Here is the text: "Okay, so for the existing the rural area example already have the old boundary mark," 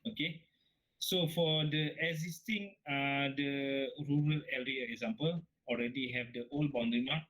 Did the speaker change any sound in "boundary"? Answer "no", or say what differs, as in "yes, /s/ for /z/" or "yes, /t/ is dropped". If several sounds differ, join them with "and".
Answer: yes, /ɹ/ is dropped